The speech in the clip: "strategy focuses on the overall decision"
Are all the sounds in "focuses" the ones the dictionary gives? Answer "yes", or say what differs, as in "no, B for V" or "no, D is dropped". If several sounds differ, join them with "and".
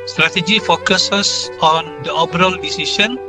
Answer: no, S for Z